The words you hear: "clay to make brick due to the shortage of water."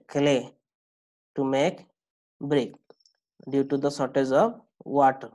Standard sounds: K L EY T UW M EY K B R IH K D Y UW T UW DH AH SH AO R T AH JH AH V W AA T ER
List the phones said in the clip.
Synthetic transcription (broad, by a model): K L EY T UW M EY K B R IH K D Y UW T UW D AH S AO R T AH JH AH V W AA T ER